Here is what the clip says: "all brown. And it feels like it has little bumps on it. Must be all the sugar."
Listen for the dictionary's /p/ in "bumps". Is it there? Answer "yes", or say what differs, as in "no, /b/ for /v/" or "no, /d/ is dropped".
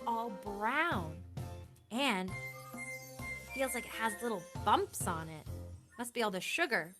yes